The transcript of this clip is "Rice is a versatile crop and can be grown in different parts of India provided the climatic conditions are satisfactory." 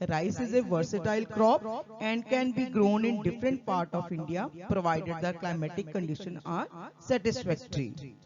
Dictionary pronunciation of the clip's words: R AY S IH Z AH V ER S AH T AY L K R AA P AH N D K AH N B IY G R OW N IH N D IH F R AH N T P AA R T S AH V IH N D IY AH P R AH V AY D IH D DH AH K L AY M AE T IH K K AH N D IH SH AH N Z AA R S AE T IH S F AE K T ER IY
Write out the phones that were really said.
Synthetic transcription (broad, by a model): R AY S IH Z AH V ER S AH T AY L K R AA P AH N D K AH N B IY G R OW N IH N D IH F R AH N T P AA R T AH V IH N D IY AH P R AH V AY D IH D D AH K L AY M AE T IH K K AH N D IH SH AH N AA R S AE T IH S F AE K T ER IY